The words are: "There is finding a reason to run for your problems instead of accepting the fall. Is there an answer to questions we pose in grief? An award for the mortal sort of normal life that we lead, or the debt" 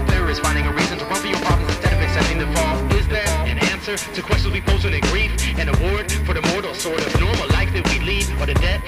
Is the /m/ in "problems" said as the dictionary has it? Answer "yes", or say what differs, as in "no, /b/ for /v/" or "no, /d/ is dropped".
no, /m/ is dropped